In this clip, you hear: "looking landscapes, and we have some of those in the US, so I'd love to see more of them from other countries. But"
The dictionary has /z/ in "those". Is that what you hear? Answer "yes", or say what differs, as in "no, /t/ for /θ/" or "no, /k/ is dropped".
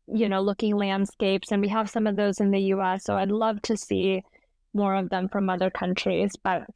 yes